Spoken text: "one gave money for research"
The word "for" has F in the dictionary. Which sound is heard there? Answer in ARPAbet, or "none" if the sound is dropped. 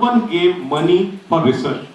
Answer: P